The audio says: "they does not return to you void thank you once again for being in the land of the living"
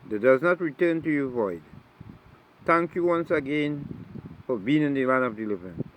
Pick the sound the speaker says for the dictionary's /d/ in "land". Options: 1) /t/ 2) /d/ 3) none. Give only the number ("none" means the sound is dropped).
3